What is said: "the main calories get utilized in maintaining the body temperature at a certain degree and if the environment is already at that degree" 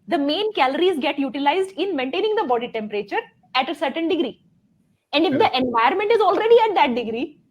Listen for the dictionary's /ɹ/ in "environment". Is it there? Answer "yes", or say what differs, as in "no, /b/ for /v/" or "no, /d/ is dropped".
no, /ɹ/ is dropped